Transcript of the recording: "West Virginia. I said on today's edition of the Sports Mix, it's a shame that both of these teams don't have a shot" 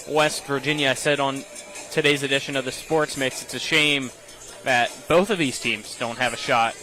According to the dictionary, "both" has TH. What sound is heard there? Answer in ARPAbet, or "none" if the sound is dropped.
TH